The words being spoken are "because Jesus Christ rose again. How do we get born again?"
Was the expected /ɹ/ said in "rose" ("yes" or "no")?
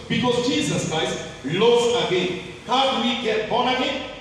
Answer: no